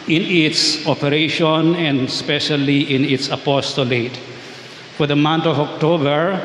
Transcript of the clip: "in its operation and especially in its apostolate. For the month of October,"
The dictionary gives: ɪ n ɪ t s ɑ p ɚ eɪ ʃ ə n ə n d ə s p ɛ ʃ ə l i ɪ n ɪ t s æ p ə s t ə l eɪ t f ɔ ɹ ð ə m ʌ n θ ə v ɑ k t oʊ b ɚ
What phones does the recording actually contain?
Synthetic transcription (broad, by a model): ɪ n ɪ t s ɑ p ɚ eɪ ʃ ə n ə n d s p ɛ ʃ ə l i ɪ n ɪ t s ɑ p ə s t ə l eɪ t f ɔ ɹ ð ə m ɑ n t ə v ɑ k t oʊ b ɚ